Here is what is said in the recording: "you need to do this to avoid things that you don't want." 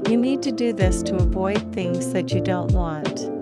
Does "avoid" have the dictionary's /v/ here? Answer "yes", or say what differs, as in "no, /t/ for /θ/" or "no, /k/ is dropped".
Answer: yes